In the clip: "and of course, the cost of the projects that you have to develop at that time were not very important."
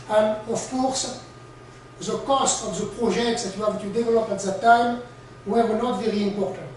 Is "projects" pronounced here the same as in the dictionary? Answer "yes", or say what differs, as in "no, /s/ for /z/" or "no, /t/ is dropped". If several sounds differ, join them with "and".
no, /ʒ/ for /dʒ/